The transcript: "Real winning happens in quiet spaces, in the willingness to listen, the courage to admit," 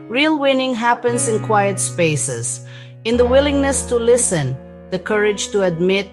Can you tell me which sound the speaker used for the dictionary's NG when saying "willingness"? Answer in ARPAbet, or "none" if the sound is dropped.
NG